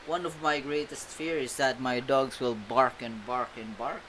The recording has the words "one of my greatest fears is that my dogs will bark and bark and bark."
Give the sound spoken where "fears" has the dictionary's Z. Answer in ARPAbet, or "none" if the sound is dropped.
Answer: none